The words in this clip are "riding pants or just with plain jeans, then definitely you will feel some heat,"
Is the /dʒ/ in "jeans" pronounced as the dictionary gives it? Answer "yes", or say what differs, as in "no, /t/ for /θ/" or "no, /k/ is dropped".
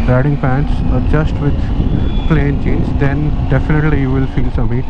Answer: no, /tʃ/ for /dʒ/